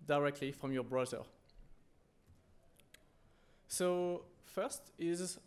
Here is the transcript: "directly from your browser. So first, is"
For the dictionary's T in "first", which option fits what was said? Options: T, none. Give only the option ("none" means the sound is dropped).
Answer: T